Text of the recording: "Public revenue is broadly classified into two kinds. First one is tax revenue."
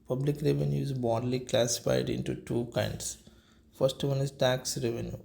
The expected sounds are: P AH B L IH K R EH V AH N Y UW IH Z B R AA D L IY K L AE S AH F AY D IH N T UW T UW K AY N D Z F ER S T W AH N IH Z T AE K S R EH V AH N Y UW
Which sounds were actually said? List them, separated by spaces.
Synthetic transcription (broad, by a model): P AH B L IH K R EH V AH N Y UW IH Z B AA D L IY K L AE S AH F AY D IH N T UW T UW K AY N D S F ER S T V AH N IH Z T AE K S R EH V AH N Y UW